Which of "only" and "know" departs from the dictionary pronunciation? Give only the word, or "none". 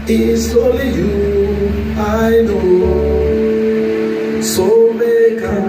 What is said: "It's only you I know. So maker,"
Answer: only